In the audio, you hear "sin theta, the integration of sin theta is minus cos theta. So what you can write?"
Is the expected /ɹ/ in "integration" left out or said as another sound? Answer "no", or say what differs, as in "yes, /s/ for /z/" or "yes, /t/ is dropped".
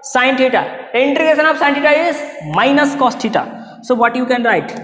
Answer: yes, /ɹ/ is dropped